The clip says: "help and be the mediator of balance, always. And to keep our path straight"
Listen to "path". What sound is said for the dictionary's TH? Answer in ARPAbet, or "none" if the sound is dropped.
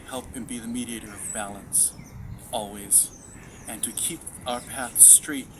TH